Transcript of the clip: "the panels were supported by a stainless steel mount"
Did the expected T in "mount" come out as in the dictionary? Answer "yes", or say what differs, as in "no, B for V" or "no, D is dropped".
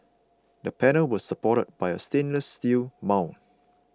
no, T is dropped